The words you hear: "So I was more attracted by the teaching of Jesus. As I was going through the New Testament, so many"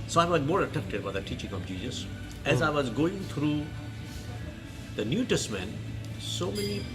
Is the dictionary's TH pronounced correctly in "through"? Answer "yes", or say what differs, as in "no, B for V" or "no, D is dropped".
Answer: no, T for TH